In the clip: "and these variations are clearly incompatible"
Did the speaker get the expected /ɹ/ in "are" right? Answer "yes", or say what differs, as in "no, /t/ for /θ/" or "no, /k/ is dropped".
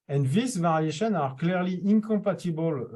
yes